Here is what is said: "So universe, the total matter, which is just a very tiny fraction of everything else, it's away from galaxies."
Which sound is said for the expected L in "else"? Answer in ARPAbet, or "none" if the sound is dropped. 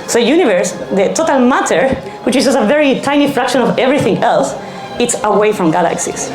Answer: L